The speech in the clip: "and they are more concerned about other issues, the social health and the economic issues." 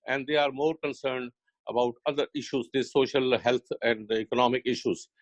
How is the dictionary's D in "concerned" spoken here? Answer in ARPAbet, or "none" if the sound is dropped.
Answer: D